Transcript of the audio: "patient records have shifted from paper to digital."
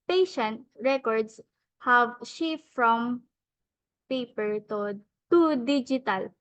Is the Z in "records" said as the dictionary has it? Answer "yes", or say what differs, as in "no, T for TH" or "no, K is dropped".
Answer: no, S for Z